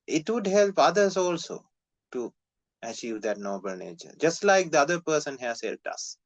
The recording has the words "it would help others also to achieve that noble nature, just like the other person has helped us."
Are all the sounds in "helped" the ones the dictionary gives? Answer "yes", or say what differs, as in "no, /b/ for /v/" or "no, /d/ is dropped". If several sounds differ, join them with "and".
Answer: no, /p/ is dropped